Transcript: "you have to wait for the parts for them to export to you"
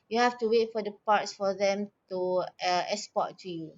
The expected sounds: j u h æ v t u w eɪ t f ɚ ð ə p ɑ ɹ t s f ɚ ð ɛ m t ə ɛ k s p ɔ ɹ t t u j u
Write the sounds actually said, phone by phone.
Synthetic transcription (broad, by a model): j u h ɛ f t u w eɪ t f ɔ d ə p ɑ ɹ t s f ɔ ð ɛ m t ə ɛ s p ɔ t t u j u